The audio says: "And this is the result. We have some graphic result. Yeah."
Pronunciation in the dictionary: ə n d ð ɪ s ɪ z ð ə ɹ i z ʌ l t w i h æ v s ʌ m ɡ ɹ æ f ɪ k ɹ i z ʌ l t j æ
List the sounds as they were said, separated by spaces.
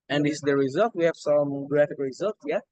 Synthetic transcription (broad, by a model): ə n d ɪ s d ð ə ɹ i z ʌ l t w i h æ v s ʌ m ɡ ɹ æ f ɪ k ɹ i z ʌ l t j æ